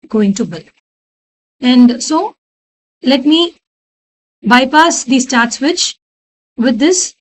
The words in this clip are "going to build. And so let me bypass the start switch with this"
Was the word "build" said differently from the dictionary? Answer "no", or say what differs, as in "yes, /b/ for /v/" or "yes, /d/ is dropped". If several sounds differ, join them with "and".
yes, /d/ is dropped